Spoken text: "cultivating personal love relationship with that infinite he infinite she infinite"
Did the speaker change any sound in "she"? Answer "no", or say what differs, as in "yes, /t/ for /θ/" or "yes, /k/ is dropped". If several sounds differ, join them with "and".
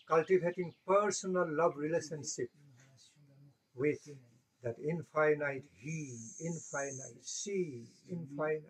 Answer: yes, /s/ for /ʃ/